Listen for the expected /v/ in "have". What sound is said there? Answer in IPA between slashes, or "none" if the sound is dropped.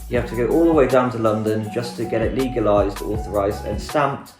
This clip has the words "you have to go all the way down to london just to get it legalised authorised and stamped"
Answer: /f/